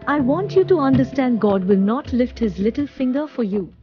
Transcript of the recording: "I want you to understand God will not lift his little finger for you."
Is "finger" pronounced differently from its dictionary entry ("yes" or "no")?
no